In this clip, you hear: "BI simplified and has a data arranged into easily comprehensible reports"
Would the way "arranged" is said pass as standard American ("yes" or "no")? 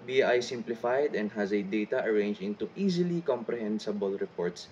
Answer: no